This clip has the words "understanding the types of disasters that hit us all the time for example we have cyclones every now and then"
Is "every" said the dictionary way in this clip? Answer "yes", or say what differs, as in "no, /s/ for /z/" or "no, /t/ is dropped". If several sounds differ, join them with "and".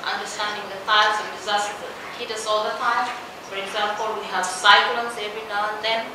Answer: no, /ɹ/ is dropped